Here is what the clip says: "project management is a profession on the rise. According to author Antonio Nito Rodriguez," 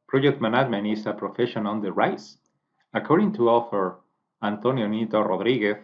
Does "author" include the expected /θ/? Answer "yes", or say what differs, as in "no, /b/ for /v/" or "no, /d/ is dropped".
no, /f/ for /θ/